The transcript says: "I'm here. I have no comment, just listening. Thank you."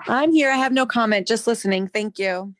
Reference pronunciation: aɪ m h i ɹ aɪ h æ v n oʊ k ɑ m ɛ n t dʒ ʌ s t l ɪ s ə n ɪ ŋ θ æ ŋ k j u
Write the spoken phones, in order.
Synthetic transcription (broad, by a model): aɪ m h i ɹ aɪ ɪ v n oʊ k ɑ m ɛ n t dʒ ʌ s t l ɪ s ə n ɪ ŋ θ æ ŋ k j u